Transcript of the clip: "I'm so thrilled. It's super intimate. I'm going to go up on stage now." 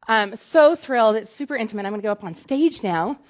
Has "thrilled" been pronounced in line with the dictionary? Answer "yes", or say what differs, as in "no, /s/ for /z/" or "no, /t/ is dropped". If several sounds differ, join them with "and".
yes